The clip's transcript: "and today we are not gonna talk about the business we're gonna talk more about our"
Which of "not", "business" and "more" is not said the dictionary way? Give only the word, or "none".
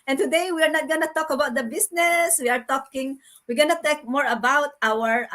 business